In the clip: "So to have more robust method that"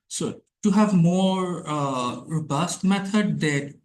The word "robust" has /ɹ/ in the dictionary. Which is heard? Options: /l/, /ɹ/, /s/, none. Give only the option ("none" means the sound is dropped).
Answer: /ɹ/